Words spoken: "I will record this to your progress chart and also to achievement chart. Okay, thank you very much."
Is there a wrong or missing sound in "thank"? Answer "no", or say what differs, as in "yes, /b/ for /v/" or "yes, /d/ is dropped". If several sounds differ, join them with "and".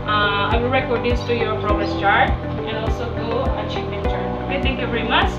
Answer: yes, /t/ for /θ/